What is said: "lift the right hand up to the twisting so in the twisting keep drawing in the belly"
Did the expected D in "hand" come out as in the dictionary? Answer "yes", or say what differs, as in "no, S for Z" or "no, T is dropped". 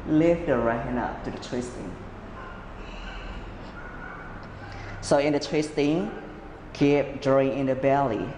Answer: no, D is dropped